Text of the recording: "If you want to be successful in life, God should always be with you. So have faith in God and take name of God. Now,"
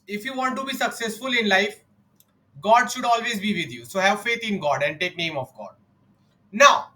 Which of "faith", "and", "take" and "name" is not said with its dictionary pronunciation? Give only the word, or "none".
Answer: faith